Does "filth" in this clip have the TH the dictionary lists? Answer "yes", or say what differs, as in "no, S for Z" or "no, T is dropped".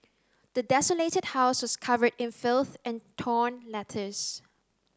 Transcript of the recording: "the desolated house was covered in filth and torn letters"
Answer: yes